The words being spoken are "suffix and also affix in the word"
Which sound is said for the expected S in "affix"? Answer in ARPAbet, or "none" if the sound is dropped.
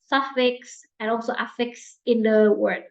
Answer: S